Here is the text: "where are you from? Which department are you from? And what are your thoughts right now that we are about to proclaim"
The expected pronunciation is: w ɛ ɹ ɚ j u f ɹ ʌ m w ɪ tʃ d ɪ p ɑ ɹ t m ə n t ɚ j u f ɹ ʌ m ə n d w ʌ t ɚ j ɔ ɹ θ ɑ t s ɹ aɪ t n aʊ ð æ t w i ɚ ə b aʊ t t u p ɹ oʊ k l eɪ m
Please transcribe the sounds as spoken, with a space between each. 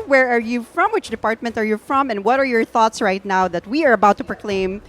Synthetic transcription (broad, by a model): w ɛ ɹ ɚ j u f ɹ ʌ m w ɪ tʃ d ɪ p ɑ ɹ t m ə n t ɚ j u f ɹ ʌ m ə n w ʌ t ɚ j ɔ ɹ θ ɑ t s ɹ aɪ t n aʊ ð æ t w i ɚ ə b aʊ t t u p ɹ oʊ k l eɪ m